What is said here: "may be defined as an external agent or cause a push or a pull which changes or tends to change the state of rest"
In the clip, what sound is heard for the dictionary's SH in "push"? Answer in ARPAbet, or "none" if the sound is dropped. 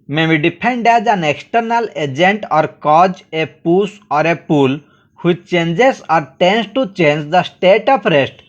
S